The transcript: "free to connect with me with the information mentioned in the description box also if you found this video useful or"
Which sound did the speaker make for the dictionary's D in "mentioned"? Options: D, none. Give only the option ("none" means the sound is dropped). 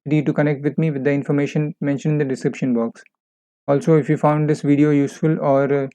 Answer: none